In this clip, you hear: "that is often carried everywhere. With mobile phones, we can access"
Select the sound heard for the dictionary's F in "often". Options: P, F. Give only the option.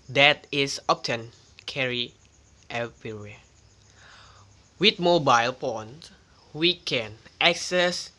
P